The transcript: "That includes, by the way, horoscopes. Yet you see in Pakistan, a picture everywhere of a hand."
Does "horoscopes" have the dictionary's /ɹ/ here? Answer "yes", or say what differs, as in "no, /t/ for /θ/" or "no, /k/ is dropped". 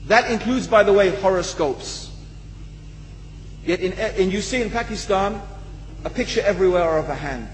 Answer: yes